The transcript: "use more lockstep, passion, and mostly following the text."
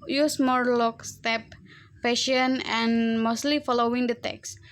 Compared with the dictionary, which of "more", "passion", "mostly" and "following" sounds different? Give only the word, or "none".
passion